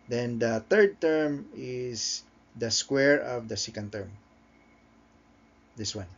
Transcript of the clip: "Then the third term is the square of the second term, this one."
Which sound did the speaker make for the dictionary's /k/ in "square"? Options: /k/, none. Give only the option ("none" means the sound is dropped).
/k/